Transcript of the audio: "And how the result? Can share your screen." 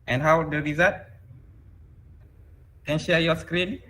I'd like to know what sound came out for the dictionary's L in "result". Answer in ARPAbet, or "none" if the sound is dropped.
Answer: none